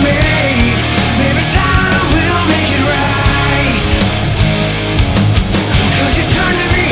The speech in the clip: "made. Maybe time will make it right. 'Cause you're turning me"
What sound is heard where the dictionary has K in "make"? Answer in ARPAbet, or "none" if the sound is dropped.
K